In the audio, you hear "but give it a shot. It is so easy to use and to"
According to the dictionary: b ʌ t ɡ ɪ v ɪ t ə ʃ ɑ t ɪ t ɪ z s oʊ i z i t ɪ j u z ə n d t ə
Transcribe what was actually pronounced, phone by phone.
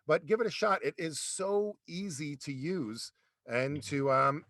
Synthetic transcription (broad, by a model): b ʌ t ɡ ɪ v ɪ t ə ʃ ɑ t ɪ t ɪ z s oʊ i z i t ɪ j u z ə n t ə